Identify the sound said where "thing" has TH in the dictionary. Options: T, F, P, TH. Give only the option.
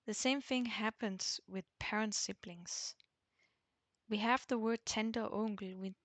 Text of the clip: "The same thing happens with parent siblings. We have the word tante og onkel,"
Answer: TH